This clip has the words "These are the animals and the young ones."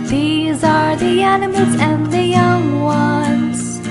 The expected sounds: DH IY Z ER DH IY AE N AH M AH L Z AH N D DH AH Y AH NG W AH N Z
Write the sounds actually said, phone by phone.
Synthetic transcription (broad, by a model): DH IY Z ER DH IY AE N AH M AH L Z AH N DH AH Y AH NG W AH N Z